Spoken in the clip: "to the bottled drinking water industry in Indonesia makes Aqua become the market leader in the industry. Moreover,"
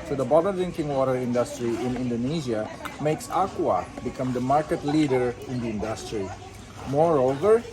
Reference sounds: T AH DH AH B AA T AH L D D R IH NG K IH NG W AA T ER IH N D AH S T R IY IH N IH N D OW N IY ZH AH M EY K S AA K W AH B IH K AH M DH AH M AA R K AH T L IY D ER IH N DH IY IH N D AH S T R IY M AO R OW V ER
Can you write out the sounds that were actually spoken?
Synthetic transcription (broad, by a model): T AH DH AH B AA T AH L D D R IH NG K IH NG W AA T ER IH N D AH S T R IY IH N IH N D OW N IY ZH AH M EY K S AA K W AH B IH K AH M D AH M AA R K AH T L IY D ER IH N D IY IH N D AH S T R IY M AO R OW V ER